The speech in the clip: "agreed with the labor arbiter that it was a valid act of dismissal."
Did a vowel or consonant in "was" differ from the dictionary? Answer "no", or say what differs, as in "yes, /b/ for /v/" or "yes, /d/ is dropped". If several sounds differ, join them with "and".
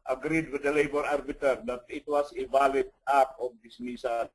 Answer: yes, /s/ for /z/